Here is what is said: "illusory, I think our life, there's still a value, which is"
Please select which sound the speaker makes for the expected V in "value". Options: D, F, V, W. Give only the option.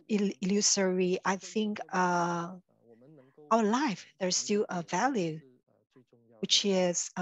V